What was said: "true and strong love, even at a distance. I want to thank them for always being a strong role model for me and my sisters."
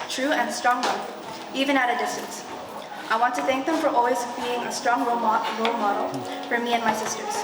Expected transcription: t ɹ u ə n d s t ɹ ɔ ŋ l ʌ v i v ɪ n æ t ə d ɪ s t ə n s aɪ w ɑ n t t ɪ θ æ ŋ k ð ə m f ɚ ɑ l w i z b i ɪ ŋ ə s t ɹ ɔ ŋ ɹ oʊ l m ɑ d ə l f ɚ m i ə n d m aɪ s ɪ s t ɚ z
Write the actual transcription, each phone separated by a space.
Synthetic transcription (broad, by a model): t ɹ u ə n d s t ɹ ɔ ŋ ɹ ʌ i v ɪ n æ t ə d ɪ s t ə n s aɪ w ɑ n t t ɪ θ æ ŋ k ð ə m f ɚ ɑ l w i z b i ɪ ŋ ə s t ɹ ɔ ŋ ɹ oʊ l m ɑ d l f ɚ m i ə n m aɪ s ɪ s t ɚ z